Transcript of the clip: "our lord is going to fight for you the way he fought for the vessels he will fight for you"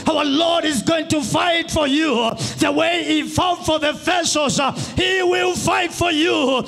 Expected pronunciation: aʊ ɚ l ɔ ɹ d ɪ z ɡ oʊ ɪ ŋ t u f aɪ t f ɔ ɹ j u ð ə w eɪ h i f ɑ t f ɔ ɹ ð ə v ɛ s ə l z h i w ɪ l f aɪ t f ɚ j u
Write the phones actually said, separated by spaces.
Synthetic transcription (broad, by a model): aʊ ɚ l ɔ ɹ d ɪ z ɡ oʊ ɪ ŋ t u f aɪ t f ɔ ɹ j u ð ə w eɪ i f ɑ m f ɔ ɹ ð ə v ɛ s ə z h i w ɪ l f aɪ t f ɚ j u